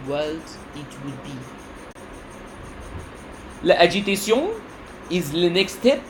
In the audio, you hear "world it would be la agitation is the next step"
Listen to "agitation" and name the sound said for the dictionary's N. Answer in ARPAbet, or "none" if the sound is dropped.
none